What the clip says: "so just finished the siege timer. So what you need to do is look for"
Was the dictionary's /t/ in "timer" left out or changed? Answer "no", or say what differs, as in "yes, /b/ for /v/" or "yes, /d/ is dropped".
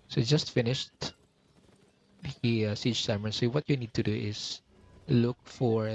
yes, /s/ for /t/